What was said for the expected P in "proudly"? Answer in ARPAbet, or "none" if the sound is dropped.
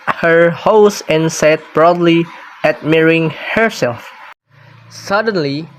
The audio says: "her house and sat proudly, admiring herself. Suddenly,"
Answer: B